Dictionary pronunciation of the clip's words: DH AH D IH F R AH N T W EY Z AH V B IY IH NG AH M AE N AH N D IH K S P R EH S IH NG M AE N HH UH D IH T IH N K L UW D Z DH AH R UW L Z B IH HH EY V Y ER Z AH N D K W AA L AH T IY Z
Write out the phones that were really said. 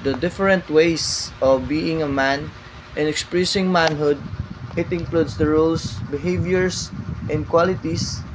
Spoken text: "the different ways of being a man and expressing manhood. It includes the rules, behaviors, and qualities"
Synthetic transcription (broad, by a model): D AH D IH F R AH N T W EY S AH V B IY IH NG AH M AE N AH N IH K S P R EH S IH NG M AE N HH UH D IH T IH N K L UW D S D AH R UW L S B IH HH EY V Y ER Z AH N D K W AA L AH T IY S